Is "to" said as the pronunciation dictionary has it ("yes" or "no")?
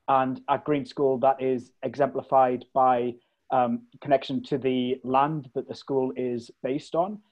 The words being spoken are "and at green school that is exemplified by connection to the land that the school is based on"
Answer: yes